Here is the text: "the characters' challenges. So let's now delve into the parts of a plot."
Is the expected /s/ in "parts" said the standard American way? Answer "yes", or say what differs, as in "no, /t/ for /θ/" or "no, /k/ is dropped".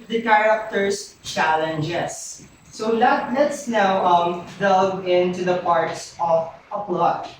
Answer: yes